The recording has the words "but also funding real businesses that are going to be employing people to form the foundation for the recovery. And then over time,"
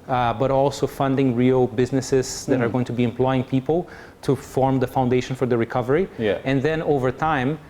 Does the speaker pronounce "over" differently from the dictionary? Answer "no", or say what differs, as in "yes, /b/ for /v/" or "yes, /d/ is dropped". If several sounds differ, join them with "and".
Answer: no